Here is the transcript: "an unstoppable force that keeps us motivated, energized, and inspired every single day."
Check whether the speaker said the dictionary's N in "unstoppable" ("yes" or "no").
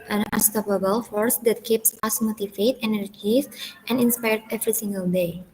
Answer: no